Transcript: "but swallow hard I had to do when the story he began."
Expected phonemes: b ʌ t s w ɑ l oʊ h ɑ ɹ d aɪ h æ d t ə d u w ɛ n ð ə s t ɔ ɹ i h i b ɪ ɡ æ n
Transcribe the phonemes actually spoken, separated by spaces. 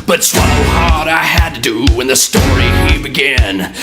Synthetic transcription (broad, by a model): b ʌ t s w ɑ n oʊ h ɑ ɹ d aɪ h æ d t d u w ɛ n ð ə s t ɔ ɹ i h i b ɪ ɡ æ n